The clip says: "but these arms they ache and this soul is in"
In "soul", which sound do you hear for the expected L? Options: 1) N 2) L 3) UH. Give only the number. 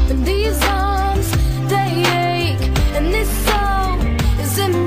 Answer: 1